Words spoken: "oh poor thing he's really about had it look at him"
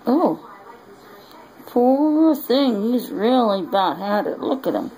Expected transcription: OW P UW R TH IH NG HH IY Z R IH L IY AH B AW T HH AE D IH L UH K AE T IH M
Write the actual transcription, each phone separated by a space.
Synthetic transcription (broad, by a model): OW P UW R TH IH NG HH IY Z R IH L IY AH B AW T HH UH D IH L UH K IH T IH M